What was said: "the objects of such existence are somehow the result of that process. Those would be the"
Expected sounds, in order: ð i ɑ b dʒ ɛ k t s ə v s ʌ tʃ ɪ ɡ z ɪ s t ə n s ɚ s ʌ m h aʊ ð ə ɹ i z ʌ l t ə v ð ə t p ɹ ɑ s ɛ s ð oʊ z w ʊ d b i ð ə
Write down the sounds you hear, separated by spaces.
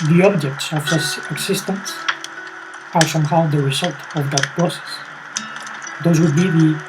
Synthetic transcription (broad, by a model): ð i ɑ b dʒ ɛ k t s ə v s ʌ s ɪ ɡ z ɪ s t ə n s ɚ s ʌ m h aʊ ð ə ɹ i z ʌ l t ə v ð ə t p ɹ ɑ s ɛ s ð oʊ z w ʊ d b i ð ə